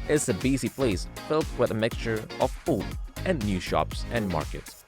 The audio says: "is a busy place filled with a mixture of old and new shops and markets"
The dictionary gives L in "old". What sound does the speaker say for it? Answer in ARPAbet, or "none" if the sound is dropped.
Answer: none